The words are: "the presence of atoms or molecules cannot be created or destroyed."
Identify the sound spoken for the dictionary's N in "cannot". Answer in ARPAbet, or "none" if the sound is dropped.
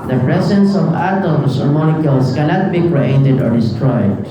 L